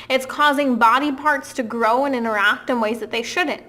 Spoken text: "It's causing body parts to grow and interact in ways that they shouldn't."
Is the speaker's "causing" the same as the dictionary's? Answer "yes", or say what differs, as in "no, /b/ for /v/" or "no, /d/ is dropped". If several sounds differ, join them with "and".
yes